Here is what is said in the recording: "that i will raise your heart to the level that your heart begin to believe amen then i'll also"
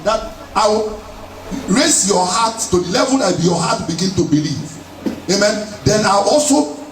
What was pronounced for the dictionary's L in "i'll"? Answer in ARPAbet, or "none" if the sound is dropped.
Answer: W